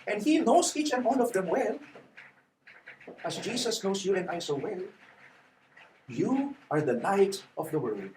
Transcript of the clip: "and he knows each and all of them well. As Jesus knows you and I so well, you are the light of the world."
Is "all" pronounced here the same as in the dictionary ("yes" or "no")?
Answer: no